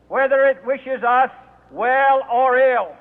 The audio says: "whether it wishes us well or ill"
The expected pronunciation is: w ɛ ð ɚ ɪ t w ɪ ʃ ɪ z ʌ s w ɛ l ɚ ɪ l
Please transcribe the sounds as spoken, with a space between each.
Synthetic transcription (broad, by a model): w ɛ ð ɚ ɪ t w ɪ ʃ ɪ z ʌ s w ɛ l ɚ ɪ l